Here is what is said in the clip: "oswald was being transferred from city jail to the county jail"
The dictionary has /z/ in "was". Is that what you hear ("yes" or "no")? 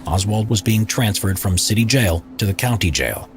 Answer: yes